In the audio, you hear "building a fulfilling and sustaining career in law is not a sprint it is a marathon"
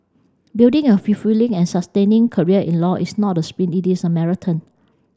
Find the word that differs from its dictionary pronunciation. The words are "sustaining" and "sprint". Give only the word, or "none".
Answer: sprint